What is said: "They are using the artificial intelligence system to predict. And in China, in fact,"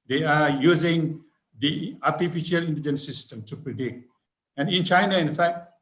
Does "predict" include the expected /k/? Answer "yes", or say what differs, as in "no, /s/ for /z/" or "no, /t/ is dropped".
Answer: yes